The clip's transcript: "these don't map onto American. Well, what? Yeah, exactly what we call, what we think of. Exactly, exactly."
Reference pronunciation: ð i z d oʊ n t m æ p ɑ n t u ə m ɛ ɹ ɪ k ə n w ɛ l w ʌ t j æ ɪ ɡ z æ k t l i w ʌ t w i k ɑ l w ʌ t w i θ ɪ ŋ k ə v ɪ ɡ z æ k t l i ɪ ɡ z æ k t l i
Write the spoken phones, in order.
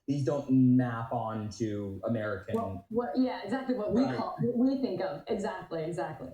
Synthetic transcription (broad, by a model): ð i z d oʊ n t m æ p n t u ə m ɛ ɹ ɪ k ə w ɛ n w ʌ t j æ ɪ ɡ z æ k t l i w ʌ t w i k ɑ l w ʌ t w i θ ɪ ŋ k ə v ɪ ɡ z æ k t l i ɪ ɡ z æ k t l i